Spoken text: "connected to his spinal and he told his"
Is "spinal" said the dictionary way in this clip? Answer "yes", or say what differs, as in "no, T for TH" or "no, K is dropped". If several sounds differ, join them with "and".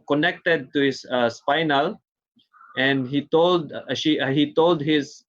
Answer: yes